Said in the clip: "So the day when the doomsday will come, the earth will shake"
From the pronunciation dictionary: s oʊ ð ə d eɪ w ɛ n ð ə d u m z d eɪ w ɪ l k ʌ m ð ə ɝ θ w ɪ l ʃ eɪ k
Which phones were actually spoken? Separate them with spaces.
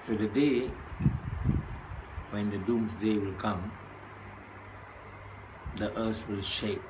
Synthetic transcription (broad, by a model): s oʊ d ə d eɪ w ɛ n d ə d u m s d eɪ w ɪ l k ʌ m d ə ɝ s w ɪ l ʃ eɪ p